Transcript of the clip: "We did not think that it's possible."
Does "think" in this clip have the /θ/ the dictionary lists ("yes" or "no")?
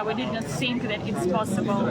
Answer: no